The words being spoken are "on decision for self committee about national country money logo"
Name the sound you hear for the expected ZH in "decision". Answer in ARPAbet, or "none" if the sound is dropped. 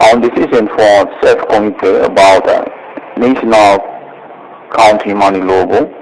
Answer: S